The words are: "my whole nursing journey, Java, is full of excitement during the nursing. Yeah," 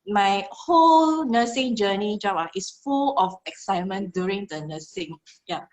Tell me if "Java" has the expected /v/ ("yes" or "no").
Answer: no